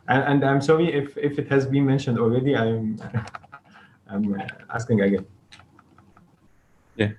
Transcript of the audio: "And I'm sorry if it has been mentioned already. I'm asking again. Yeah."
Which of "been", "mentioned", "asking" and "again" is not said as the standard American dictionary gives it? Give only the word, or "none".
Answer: none